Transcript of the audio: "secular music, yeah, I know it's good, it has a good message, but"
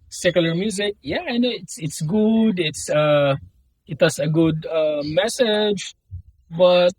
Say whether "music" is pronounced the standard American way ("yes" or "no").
yes